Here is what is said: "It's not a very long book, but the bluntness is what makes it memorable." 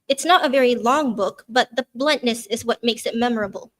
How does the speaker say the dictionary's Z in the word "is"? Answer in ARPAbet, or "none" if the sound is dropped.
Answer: Z